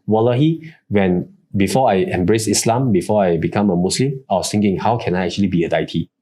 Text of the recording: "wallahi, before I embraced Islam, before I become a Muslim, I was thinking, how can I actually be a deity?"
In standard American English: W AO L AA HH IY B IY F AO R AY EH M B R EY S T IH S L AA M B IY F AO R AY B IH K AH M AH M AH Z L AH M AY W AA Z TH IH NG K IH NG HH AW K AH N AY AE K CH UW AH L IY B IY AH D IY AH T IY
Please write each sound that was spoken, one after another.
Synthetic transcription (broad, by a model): W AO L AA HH IY B IY F AO AY EH M B R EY S IH S L AA M B IY F AO AY B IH K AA M AH M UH S L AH M AY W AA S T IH NG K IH NG HH AW K AH N AY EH K CH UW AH L IY B IY AH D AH T IY